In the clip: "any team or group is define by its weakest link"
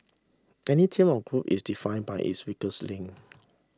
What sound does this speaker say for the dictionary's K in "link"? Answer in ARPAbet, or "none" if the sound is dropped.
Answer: none